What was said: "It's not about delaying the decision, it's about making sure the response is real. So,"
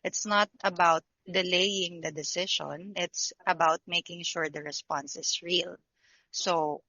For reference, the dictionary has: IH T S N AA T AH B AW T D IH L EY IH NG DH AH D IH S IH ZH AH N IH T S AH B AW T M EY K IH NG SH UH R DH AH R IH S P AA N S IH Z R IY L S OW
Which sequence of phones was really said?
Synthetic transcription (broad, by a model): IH T S N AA T AH B AW T D IH L EY IH NG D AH D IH S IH SH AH N IH T S AH B AW T M EY K IH NG SH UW R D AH R IH S P AA N S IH S R IY L S OW